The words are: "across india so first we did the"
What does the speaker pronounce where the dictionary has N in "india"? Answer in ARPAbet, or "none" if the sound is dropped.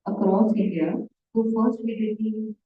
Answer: none